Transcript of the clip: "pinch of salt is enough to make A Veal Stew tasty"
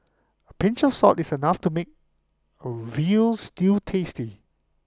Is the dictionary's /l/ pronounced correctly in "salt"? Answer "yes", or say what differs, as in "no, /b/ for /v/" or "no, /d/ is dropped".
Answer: no, /l/ is dropped